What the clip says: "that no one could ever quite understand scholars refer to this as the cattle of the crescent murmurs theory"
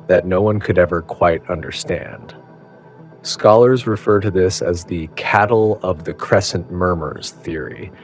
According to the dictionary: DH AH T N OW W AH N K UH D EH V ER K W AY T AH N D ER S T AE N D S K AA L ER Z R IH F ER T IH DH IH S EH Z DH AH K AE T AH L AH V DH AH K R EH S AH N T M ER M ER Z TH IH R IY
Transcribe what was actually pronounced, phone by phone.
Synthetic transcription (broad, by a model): DH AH T N OW W AH N K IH D EH V ER K W AY T AH N D ER S T AE N D S K AA L ER Z R IH F ER T IH DH IH S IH Z DH AH K AE T L AH V DH AH K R EH S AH N M ER M ER Z TH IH R IY